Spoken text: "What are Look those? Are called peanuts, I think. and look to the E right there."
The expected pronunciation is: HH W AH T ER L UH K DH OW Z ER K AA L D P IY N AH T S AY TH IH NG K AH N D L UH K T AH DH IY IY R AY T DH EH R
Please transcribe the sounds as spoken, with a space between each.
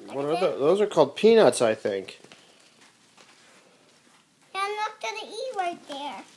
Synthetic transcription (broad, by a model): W W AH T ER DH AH DH OW Z ER K AA L D P IY N AH T S AY TH IH NG K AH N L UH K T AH DH IY IY W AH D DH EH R